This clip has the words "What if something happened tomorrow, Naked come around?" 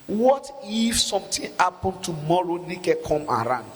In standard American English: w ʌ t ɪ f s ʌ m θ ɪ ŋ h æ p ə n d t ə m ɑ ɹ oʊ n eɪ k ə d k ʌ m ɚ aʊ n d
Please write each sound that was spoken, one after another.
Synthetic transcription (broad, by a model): w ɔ t ɪ f s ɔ m t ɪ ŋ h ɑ p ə n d t ə m ɑ ɹ oʊ n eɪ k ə k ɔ m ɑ aʊ n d